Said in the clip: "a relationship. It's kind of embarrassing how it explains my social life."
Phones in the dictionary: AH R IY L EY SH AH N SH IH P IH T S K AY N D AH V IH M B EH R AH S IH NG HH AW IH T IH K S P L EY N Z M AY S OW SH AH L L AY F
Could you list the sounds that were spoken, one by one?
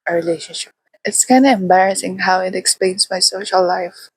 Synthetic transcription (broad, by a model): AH R IY L EY SH AH N SH IH P IH T S K AY N D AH IH M B EH R AH S IH NG HH AW IH T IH K S P L EY N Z M AY S OW SH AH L L AY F